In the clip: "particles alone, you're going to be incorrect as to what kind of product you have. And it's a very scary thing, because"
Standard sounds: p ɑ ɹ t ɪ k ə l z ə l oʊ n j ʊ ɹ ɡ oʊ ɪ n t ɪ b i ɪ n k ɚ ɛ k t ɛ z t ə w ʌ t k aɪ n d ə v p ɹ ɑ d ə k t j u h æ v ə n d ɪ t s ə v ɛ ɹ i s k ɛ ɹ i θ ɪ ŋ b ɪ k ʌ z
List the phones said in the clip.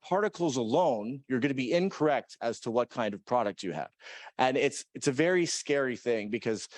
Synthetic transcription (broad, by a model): p ɑ ɹ t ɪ k l z ə l oʊ n j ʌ ɹ ɡ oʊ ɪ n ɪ b i ɪ n k ɚ ɛ k t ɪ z t ə w ʌ t k aɪ n d ə v p ɹ ɑ d ə k t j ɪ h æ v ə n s ɪ t s ə v ɛ ɹ i s k ɛ ɹ i θ ɪ ŋ b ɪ k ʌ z